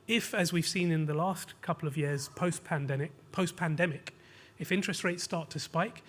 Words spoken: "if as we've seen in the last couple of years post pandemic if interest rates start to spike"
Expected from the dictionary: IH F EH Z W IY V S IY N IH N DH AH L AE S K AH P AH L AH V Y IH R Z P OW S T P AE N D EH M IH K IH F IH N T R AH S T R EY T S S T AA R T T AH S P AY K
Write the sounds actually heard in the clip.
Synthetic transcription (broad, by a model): IH F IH Z W IY V S IY N IH N DH AH L AE S K AH P L AH V Y IH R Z P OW S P P AE N D EH M IH K IH F IH N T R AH S T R EY T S S T AA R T T AH S P AY K